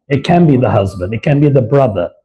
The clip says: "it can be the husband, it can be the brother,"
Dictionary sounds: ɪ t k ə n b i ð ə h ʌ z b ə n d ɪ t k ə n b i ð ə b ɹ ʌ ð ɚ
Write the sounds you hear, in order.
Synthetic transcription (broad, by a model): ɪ t k ə n b i ð ə h ʌ z b ə n d ɪ t k ə n b i ð ə b ɹ ʌ ð ɚ